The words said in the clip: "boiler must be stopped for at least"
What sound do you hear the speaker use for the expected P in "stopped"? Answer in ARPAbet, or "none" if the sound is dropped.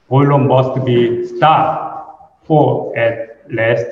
none